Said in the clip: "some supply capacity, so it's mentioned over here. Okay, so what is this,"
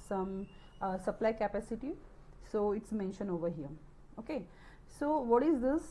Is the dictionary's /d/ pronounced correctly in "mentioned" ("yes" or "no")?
no